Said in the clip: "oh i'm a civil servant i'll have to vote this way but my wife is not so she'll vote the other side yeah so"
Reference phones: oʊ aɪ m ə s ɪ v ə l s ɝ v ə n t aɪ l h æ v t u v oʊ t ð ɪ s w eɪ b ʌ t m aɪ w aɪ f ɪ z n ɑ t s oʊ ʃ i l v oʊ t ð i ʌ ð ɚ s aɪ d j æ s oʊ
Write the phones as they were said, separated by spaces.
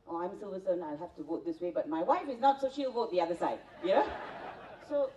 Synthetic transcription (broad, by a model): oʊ aɪ m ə s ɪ v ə s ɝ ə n aɪ l h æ f t u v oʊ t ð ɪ s w eɪ b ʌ t m aɪ w aɪ f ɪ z n ɑ t s oʊ ʃ i l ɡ oʊ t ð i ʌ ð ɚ s aɪ d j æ s oʊ